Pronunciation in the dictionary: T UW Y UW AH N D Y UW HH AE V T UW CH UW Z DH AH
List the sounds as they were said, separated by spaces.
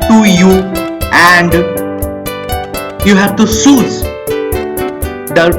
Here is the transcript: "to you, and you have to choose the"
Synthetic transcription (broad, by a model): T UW Y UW AH N D Y UW HH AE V T UW S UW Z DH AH